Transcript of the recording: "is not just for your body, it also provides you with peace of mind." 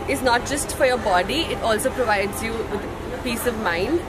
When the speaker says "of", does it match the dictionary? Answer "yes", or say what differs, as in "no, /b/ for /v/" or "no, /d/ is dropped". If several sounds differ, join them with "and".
yes